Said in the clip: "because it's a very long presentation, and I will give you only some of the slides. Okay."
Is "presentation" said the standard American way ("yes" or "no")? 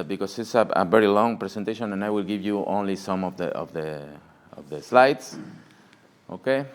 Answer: no